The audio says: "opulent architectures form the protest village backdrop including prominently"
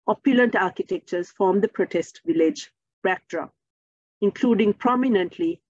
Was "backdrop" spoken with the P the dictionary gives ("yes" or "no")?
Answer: no